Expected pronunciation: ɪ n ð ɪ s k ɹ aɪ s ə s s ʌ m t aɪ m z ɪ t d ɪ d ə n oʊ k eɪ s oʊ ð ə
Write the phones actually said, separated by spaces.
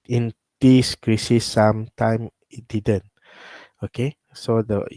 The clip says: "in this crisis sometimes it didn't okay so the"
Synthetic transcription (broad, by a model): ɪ n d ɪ s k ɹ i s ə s s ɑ m t aɪ m ɪ t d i d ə n oʊ k eɪ s oʊ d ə